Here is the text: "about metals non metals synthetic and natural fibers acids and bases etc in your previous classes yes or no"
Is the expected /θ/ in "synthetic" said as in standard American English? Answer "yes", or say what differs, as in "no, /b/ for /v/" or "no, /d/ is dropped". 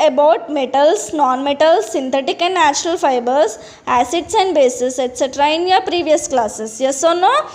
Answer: no, /t/ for /θ/